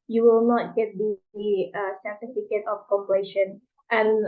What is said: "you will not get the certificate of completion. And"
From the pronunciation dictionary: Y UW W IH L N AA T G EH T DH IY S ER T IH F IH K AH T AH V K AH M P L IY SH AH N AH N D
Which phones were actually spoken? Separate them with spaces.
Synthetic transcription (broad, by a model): Y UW W IH L N AA T G EH T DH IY S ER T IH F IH K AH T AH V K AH P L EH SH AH N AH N